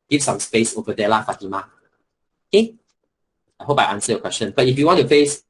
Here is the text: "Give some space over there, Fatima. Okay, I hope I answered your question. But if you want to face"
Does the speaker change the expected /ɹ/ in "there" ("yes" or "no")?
yes